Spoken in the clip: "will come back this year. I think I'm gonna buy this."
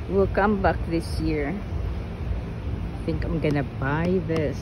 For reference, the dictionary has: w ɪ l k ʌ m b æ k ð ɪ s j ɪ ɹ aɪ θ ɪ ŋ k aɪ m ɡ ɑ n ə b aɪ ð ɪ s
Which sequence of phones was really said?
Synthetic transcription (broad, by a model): w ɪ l k ʌ m b æ k ð ɪ s j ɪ ɹ aɪ θ ɪ ŋ k aɪ m ɡ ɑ n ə b aɪ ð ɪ s